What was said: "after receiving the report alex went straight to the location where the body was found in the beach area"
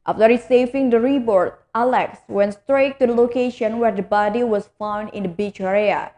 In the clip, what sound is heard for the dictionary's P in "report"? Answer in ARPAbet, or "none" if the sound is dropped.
B